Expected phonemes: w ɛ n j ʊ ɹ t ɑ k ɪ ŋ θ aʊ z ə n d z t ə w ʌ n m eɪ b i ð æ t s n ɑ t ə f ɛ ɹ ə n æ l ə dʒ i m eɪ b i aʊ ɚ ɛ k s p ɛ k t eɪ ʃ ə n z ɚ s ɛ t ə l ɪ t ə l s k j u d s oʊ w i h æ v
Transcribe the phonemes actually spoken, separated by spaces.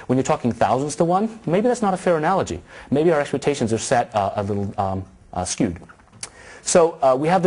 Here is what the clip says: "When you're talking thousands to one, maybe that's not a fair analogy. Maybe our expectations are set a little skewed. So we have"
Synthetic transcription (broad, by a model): w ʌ n j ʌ ɹ t ɑ k ɪ ŋ θ aʊ z ə n d z t ə w ʌ n m eɪ b i ð æ t s n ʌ t ə f ɛ ɹ ə n æ l ə dʒ i m eɪ b i aʊ ɚ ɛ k s p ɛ k t eɪ ʃ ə n z ɚ s ɛ t ə l ɪ t l s k j u d s oʊ w i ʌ v